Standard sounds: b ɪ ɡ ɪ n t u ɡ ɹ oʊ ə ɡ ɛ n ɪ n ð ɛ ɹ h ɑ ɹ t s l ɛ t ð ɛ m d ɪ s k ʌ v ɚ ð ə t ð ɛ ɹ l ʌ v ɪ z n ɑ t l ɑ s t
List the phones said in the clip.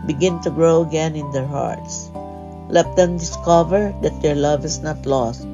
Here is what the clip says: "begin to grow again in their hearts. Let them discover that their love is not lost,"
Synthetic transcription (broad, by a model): b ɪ ɡ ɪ n t u ɡ ɹ oʊ ə ɡ ɛ n ɪ n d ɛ ɹ h ɑ ɹ t s l ɛ t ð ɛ m d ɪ s k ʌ v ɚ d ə t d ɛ ɹ l ʌ v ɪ s n ɑ t l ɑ s t